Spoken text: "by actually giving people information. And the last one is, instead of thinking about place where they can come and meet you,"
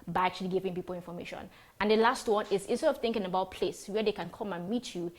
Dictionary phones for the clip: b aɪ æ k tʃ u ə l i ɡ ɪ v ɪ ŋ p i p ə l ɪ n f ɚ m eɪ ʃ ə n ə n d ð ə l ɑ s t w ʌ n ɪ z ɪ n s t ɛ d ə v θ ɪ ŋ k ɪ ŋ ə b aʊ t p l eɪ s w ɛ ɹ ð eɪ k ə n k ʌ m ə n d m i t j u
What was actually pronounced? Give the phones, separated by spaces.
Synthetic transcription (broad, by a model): b aɪ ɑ k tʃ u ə l i ɡ ɪ v ɪ ŋ p i p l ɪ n f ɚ m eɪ ʃ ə n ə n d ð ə l ɑ s t w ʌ n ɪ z ɪ n s t ɛ d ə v θ ɪ ŋ k ɪ ŋ ə b aʊ t p l eɪ s w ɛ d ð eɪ k ə n k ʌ m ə n m i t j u